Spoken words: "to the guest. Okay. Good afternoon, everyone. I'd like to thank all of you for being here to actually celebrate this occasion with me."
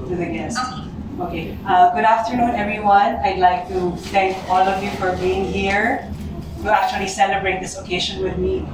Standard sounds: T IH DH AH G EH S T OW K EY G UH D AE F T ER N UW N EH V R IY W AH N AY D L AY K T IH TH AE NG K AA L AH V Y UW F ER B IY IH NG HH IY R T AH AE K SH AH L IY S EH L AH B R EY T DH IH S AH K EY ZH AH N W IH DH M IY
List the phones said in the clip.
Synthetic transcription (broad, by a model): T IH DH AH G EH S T OW K EY G UH D AE F T ER N UW N EH V R IY W AH N AY D L AY K T IH TH AE NG K AA L AH V Y UW F ER B IY IH NG HH IY R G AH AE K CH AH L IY S EH L AH B R EY T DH IH S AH K EY SH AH N W IH DH M IY